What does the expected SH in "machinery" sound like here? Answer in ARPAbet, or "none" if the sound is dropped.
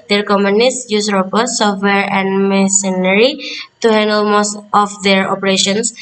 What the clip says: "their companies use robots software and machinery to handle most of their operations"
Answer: S